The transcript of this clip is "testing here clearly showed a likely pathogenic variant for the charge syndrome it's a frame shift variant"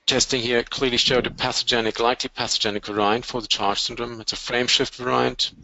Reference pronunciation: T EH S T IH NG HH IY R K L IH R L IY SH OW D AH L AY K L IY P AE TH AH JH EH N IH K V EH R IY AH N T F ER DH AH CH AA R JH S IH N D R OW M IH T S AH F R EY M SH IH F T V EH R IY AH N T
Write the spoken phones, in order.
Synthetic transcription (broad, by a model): T EH S T IH NG HH IY R K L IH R L IY SH OW D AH L AY K L IY P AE S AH JH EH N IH K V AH R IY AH N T F ER DH AH CH AA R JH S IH N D R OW M IH T S AH F R EY M SH IH F T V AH R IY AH N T